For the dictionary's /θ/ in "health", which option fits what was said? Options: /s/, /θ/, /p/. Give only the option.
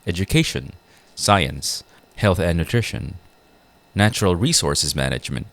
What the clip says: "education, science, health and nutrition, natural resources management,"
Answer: /θ/